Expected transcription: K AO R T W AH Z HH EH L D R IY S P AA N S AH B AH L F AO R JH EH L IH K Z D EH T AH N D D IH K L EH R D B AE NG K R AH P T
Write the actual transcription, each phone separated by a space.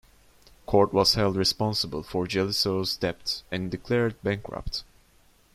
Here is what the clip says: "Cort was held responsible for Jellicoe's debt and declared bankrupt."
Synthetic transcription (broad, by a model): K AO R T W AH Z HH EH L D R IY S P AA N S AH B AH L F AO R JH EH L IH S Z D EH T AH N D D IH K L EH R D B AE NG K R AH P T